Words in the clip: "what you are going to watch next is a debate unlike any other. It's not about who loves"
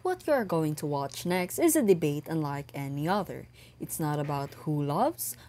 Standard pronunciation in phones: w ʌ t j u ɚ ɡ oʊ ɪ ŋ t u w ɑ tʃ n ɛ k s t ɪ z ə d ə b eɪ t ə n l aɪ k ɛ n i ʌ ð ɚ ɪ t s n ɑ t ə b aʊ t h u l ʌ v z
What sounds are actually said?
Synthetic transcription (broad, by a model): w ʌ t j u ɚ ɡ oʊ ɪ ŋ t u w ɑ tʃ n ɛ k s t ɪ z ə d ə b eɪ t ə n l aɪ k ɛ n i ʌ ð ɚ ɪ t s n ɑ t ə b aʊ t h u l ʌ v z